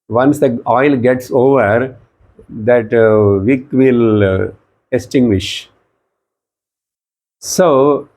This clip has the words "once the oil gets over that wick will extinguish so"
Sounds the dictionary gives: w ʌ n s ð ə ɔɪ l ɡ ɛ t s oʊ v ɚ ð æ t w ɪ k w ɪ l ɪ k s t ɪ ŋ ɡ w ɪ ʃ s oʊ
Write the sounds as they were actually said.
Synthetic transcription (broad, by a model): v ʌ n s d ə ɔɪ l ɡ ɛ t s oʊ v ɚ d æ t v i k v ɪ l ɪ s t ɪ ŋ ɡ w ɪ ʃ s oʊ